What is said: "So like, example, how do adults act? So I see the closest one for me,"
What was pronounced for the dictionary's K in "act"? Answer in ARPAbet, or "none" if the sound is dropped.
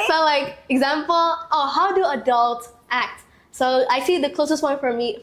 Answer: K